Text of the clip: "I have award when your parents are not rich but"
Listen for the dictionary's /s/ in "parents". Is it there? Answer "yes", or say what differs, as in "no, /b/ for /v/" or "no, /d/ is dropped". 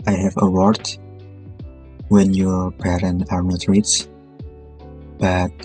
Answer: no, /s/ is dropped